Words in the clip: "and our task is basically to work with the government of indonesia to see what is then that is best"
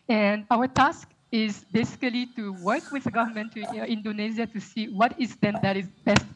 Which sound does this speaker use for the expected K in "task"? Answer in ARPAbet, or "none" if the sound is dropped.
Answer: K